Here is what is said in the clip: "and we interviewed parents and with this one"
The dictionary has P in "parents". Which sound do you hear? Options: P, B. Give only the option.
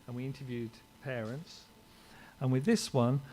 P